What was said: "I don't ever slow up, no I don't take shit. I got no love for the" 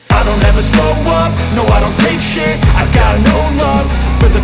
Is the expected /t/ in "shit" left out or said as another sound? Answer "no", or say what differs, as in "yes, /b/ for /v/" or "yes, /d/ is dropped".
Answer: yes, /t/ is dropped